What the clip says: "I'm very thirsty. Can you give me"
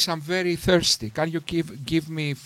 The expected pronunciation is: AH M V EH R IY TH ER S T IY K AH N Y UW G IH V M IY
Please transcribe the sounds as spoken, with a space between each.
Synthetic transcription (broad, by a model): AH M V EH R IY TH ER S T IY K AH N Y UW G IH V M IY